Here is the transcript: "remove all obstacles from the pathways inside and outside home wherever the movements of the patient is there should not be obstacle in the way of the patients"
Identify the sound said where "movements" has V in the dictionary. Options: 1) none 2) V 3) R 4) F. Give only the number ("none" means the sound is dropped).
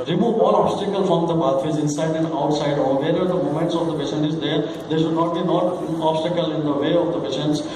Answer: 1